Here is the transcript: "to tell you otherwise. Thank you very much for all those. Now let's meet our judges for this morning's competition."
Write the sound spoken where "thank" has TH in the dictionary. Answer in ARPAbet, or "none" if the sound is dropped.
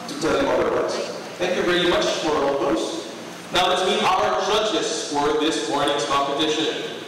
TH